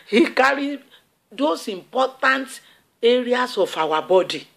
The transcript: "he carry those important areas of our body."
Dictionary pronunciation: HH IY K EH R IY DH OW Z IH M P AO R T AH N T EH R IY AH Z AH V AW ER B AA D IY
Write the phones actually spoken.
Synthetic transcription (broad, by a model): HH IY K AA R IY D OW S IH M P AO T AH N T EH R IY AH S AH F AW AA B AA D IY